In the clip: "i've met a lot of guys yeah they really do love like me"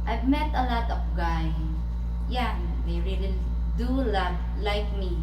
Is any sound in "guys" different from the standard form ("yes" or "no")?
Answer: yes